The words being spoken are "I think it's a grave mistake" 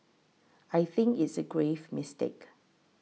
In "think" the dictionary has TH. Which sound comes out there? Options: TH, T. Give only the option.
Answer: TH